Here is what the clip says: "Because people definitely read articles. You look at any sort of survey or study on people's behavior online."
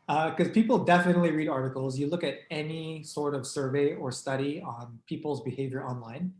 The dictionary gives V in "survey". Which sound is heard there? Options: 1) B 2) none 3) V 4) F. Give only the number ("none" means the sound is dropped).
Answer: 3